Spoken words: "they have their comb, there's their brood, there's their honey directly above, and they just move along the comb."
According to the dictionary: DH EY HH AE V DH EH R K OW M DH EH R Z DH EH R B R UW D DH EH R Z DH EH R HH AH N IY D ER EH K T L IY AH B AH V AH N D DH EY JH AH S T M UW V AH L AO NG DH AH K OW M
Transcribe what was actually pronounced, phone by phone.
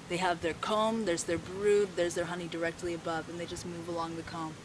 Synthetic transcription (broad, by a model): DH EY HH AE V DH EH R K OW M DH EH R Z DH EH R B R UW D DH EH R Z DH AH R HH AH N IY D ER EH K T L IY AH B AH V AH N DH EY JH AH S T M UW V AH L AO NG DH AH K OW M